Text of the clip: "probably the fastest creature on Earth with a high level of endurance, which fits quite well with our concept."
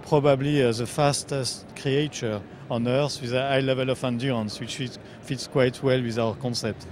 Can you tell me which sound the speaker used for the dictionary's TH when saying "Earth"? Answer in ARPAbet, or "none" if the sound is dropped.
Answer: S